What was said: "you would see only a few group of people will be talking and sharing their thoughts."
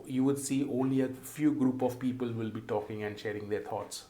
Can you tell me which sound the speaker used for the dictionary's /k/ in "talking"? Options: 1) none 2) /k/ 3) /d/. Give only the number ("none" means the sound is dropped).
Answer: 2